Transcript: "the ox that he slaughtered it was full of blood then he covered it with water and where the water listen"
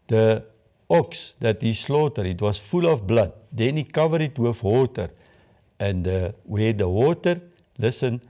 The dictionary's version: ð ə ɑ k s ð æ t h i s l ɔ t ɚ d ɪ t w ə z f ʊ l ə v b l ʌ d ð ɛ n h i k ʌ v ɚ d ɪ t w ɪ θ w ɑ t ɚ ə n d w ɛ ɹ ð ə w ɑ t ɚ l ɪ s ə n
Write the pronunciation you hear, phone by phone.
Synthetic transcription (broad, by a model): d ə ɑ k s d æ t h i s l ɔ t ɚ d ɪ t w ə s f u l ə f b l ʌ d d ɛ n i k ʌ v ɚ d ɪ t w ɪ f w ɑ t ɚ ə n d w ɛ ɹ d ə w ɑ t ɚ l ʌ s ə n